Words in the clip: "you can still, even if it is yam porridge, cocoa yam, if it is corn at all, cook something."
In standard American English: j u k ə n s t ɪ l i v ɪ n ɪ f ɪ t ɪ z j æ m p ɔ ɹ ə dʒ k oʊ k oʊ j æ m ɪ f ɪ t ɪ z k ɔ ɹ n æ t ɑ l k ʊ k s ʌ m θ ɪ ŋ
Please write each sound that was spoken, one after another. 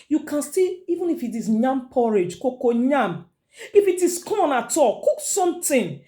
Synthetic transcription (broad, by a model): j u k ə n s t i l i v ɪ n ɪ f ɪ t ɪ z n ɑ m p ɔ ɹ ə dʒ k oʊ k oʊ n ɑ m ɪ f ɪ t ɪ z k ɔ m n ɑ t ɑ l k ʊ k s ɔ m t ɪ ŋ